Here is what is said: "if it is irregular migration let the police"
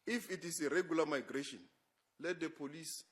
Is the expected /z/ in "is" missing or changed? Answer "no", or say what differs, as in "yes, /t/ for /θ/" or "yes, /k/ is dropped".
yes, /s/ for /z/